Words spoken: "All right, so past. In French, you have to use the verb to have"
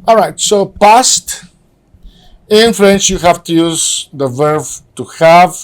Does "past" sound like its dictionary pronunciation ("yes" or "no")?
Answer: yes